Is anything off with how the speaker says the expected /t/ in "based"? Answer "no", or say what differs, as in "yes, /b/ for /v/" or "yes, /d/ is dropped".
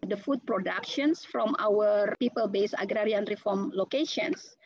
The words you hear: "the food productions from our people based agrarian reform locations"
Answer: yes, /t/ is dropped